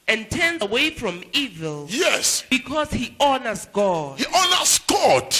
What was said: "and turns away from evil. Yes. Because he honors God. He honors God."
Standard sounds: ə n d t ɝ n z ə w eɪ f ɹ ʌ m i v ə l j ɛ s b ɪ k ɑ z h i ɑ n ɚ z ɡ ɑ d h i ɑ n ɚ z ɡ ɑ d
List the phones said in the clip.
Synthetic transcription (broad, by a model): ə n t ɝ n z ə w eɪ f ɹ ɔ m i v ə l j ɛ s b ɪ k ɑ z h i ɑ n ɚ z ɡ ɑ d h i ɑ n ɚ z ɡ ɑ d